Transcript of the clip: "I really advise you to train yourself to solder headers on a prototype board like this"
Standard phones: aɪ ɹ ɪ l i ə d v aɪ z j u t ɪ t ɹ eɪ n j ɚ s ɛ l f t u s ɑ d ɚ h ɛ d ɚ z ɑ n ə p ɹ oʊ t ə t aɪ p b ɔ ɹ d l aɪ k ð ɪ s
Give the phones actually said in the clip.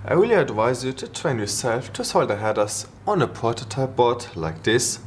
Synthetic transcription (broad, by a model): aɪ w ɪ l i ə d v aɪ z j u t ɪ t ɹ eɪ n j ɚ s ɛ l f t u s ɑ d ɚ h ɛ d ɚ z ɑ n ə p oʊ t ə t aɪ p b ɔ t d l aɪ k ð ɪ s